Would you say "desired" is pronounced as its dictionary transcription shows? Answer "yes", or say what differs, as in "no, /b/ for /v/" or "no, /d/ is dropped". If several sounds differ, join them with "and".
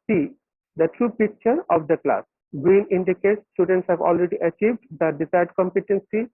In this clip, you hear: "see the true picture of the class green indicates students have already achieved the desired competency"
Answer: no, /s/ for /z/